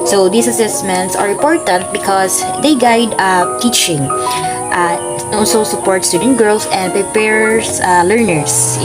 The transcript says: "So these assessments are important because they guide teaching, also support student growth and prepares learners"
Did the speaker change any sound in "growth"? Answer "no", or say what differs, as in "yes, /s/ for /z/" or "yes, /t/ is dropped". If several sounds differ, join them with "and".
yes, /s/ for /θ/